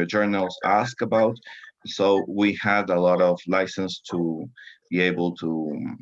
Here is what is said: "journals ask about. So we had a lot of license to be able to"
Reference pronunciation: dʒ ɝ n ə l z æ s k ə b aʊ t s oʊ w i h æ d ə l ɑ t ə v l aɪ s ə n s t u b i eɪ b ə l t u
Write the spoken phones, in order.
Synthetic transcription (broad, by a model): dʒ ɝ n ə l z æ s k ə b aʊ t s oʊ w i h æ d ə l ɑ t ə v l aɪ s ə n s t u b i eɪ b ə l t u